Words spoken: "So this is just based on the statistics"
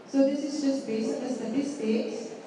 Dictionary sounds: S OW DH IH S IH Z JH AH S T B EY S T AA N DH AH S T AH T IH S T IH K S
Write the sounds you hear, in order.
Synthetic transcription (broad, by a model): S OW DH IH S IH Z JH AH S T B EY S AA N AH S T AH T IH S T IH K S